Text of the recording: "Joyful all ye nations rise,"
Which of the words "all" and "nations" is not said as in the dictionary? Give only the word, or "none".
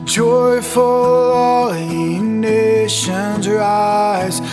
none